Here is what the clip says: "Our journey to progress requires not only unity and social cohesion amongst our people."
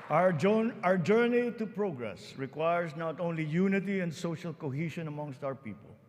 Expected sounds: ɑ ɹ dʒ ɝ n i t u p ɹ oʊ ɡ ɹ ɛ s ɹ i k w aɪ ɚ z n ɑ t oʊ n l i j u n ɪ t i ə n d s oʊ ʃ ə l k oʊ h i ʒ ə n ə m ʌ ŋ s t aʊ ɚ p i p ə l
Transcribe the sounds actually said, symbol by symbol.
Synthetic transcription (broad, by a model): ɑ ɹ dʒ ɝ n i t u p ɹ oʊ ɡ ɹ ɛ s ɹ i k w aɪ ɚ s n ɑ t oʊ n l i j u n ɪ t i ə n d s oʊ ʃ ə l k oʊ h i ʃ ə n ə m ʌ ŋ s t aʊ ɚ p i p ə l